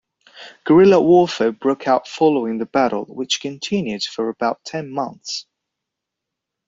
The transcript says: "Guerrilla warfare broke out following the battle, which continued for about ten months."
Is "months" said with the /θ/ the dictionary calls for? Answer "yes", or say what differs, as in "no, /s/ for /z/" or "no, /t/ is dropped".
yes